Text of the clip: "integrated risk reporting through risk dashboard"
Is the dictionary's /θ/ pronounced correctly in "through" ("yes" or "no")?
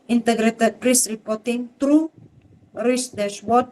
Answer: no